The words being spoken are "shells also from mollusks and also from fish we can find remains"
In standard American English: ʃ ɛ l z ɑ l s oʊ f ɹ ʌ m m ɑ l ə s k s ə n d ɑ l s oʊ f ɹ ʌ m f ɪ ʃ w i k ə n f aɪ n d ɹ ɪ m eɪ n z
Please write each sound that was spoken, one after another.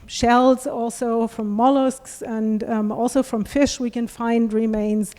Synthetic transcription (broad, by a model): ʃ ɛ l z ɑ l s oʊ f ɹ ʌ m m ɑ l ə s k s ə n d ɑ l s oʊ f ɹ ʌ m f ɪ ʃ w i k ə n f aɪ n d ɹ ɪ m eɪ n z